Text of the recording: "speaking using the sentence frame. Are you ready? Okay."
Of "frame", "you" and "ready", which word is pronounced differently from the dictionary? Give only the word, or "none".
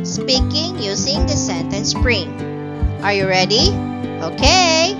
frame